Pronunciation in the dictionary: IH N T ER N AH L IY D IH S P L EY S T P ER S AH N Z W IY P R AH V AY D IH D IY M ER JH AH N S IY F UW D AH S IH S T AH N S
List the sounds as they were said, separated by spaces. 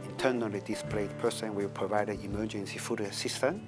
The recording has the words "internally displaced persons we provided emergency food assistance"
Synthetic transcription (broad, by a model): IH N T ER N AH L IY D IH S P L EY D P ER S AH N W IY P R AH V AY D IH D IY M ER JH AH N S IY F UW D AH S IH S T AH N